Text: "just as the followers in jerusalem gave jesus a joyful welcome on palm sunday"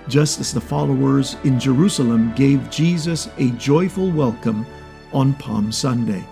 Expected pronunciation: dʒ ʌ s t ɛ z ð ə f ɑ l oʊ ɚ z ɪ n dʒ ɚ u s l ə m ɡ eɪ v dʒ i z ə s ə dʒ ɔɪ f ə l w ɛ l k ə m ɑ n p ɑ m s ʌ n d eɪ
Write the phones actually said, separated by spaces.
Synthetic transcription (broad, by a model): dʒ ʌ s t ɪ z ð ə f ɑ l oʊ ɚ z ɪ n dʒ ɚ u s l ə m ɡ eɪ v dʒ i z ə s ə dʒ ɔɪ f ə l w ɛ l k ə m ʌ n p ɑ m s ʌ n d eɪ